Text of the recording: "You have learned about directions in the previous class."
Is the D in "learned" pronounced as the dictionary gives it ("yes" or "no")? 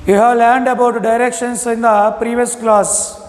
yes